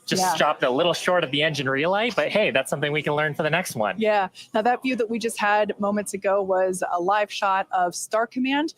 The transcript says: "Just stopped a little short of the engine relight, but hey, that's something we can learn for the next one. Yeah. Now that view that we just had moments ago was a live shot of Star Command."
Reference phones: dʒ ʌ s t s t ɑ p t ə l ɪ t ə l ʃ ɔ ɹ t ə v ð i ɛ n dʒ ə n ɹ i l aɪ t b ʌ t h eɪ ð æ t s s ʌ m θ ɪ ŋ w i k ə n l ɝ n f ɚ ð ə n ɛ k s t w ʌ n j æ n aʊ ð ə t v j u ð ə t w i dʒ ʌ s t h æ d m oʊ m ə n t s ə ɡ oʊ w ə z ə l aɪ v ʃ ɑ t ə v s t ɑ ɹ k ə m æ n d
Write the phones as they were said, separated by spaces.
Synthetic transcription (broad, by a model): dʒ ʌ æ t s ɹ ɑ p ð ə l ɪ t l ʃ ɔ ɹ t ə v ð i ɛ n dʒ ə n ɹ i l aɪ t b ʌ t h eɪ ð æ t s s ʌ m θ ɪ ŋ w i k ə n l ɝ n f ɚ ð ə n ɛ k s t w ʌ n j æ n aʊ ð ə t v j u ð ə t w i dʒ ʌ s t h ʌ d m oʊ m ə n t s ə ɡ oʊ w ə z ə l aɪ v ʃ ɑ t ə v s t ɑ ɹ k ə m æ n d